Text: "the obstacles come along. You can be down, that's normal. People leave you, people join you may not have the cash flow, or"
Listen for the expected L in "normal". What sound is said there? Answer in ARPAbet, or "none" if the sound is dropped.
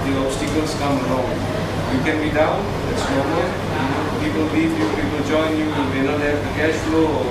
N